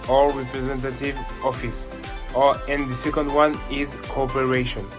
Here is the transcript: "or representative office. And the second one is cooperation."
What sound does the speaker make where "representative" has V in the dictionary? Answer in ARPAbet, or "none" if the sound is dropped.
V